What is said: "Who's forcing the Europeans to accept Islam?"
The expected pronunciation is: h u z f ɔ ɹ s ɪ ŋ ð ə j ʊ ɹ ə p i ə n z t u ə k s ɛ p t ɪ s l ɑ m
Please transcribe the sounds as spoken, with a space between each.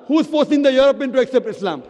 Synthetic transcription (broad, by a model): h u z f ɔ ɹ s ɪ ŋ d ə j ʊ ɹ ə p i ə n t u ə k s ɛ p t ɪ s l ɑ m